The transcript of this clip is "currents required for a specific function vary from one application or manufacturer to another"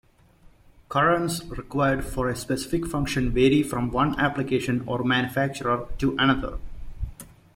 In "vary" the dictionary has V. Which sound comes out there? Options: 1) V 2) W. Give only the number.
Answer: 1